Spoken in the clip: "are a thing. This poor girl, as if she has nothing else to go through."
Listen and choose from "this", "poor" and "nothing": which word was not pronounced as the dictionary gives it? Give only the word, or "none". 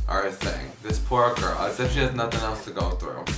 none